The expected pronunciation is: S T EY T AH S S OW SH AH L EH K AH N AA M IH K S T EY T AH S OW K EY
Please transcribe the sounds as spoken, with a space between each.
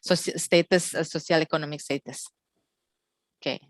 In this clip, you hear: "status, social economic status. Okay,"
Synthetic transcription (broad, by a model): S T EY T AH S S OW S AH L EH K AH N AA M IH K S T EY T AH S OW K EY